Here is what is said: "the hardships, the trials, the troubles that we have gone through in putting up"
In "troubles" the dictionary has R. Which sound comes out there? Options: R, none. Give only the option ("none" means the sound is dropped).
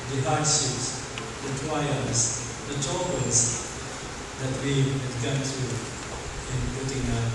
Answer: none